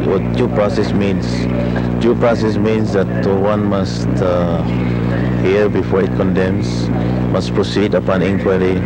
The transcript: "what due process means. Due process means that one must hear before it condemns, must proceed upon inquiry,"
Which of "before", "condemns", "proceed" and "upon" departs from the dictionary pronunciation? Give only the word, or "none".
condemns